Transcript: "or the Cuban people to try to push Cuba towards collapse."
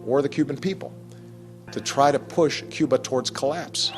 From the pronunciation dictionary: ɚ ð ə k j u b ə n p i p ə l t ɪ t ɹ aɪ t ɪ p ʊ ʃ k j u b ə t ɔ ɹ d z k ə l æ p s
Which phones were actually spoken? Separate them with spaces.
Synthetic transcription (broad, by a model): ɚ ð ə k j u b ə n p i p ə l t ɪ t ɹ aɪ t ɪ p ʊ ʃ k j u b ə t ɔ ɹ d z k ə l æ p s